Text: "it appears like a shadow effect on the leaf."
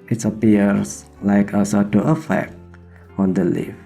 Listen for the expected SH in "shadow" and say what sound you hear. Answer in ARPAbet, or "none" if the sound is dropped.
S